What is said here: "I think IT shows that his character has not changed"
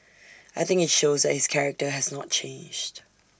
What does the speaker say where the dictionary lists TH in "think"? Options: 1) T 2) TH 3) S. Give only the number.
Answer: 2